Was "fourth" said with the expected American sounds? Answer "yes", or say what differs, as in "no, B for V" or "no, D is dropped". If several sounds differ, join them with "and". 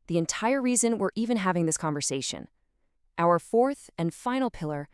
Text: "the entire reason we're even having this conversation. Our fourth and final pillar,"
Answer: yes